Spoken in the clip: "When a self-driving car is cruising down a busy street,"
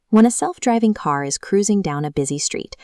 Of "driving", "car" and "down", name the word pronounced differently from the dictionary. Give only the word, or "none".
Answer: none